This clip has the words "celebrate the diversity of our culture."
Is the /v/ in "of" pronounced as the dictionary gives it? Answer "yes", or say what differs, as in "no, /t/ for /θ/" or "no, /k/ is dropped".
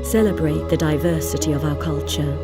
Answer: yes